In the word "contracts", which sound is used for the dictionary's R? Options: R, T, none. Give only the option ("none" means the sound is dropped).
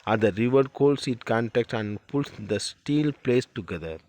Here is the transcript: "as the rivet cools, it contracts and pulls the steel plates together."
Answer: none